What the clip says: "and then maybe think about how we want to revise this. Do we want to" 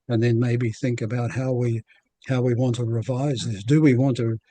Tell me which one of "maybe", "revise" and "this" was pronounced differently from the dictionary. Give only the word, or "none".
none